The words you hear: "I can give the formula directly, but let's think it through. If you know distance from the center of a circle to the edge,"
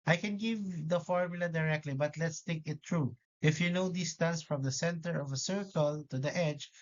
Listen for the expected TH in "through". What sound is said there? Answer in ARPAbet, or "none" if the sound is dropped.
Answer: T